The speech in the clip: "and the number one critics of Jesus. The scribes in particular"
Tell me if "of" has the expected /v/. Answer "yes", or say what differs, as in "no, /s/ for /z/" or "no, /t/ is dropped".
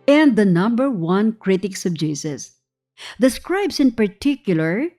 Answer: no, /b/ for /v/